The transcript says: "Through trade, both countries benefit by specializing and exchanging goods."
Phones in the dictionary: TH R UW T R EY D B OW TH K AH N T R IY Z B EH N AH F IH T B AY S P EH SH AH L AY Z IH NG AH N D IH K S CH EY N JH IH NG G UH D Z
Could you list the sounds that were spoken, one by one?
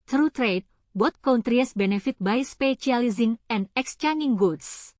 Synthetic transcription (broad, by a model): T R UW T R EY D B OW T K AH N T R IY S B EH N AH F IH T B AY S P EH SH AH L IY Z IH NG AH N D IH K S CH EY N IH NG G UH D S